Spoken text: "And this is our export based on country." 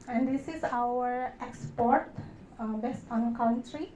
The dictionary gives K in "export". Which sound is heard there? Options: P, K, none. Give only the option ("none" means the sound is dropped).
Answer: K